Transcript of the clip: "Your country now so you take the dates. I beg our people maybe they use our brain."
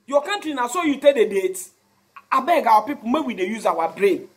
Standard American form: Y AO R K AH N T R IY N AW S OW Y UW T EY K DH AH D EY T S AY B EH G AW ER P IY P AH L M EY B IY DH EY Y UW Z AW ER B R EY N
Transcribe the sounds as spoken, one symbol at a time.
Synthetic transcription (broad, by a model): Y AO K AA N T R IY N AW S OW Y UW T EY K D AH D EY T AY B EH G AW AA P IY P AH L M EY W IY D EY Y UW Z AW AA B R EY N